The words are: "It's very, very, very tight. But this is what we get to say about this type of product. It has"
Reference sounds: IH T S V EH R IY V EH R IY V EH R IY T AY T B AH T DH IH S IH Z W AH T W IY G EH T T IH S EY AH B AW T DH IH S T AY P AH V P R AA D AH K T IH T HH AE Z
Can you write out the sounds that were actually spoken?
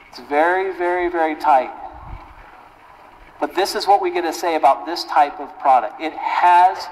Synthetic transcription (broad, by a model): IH T S V EH R IY V EH R IY V EH R IY T AY T B AH T DH IH S IH Z W AH T W IY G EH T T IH S EY AH B AW T DH IH S T AY P AH V P R AA D AH K T IH T HH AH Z